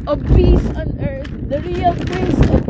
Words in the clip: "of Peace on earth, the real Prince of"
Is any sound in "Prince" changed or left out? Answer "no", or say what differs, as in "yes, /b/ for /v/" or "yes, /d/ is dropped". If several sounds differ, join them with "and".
yes, /n/ is dropped